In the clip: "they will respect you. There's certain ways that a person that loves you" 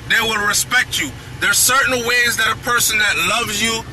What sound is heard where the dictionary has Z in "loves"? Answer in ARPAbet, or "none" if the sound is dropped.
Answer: Z